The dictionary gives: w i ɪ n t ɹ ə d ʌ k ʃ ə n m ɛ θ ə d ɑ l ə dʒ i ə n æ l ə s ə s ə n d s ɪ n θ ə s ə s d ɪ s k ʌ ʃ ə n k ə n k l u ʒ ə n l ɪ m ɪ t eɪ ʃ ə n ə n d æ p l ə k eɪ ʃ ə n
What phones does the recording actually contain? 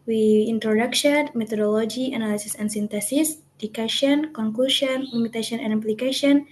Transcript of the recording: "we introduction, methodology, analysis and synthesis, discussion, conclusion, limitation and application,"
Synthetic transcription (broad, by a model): w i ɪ n t ɹ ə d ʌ k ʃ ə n m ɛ t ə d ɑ l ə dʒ i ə n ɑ l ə s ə s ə n s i n t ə s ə s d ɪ k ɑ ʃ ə n k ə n k l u ʃ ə n l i m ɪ t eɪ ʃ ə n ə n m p l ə k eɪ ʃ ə n